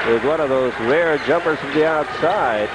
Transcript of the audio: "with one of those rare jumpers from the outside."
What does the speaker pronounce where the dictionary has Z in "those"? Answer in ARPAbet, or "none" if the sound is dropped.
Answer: Z